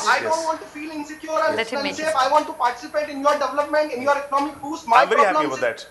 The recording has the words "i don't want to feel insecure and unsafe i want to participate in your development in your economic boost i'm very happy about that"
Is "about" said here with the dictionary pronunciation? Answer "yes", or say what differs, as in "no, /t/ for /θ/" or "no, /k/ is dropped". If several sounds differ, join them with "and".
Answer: no, /b/ is dropped